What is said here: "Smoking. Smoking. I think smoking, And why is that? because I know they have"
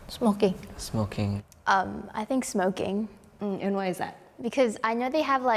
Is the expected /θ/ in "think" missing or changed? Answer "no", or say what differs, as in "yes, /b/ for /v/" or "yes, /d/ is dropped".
no